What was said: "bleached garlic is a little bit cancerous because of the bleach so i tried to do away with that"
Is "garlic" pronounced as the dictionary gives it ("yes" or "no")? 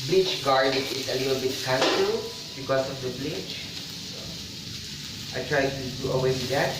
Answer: no